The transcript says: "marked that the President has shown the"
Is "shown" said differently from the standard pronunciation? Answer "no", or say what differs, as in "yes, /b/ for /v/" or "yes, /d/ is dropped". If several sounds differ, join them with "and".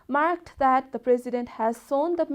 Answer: yes, /s/ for /ʃ/